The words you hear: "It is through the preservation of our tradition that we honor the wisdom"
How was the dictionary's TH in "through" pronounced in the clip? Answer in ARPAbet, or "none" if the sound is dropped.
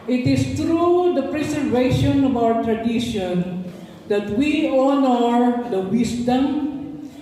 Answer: T